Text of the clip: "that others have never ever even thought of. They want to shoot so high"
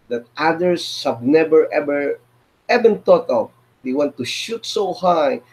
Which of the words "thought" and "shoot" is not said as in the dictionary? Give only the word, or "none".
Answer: thought